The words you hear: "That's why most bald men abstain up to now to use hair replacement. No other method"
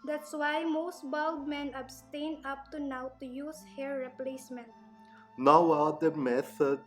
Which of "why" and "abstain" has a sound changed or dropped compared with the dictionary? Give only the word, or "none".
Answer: none